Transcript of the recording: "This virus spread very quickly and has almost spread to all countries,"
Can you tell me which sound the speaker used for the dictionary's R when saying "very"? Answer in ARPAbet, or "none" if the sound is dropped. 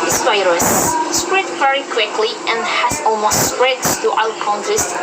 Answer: R